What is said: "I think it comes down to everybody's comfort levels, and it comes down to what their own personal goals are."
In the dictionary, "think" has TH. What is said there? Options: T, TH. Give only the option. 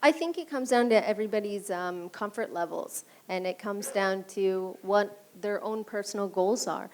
TH